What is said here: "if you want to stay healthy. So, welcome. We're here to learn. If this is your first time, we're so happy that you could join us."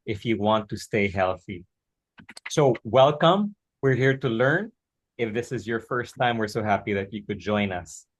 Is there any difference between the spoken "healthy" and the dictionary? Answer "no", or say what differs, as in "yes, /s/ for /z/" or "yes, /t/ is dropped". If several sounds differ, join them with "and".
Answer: no